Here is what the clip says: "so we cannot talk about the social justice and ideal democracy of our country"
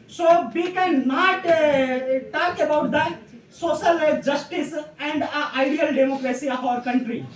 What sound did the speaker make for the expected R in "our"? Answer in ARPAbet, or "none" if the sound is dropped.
R